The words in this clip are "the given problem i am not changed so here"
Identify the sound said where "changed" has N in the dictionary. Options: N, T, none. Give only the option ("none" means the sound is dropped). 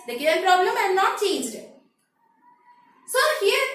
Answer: none